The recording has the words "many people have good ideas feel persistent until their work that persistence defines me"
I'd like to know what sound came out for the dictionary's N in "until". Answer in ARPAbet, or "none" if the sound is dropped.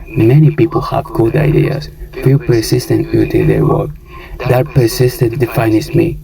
none